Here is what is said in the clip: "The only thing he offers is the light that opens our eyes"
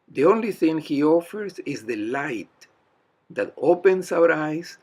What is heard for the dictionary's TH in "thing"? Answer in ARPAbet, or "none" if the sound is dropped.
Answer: TH